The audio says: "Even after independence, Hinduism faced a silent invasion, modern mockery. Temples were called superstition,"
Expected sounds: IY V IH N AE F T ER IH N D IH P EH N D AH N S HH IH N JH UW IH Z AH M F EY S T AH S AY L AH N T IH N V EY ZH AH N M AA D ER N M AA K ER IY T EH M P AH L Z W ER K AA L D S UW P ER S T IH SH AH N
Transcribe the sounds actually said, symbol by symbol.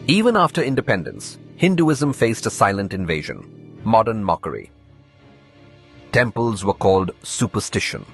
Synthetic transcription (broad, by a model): IY V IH N AE F T ER IH N D IH P EH N D AH N S HH IH N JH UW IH Z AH M F EY S T AH S AY L AH N T IH N V EY ZH AH N M AA D ER N M AA K ER IY T EH M P AH L Z W ER K AA L D S UW P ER S T IH SH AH N